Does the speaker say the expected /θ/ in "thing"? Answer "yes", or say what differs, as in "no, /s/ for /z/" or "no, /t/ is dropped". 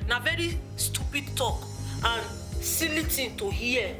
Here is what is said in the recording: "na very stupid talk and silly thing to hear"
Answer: no, /t/ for /θ/